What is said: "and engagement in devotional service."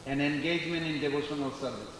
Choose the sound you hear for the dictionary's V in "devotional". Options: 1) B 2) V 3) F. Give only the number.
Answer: 1